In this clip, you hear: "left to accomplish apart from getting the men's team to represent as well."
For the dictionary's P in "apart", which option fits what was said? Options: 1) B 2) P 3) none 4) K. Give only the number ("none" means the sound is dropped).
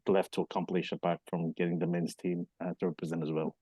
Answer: 1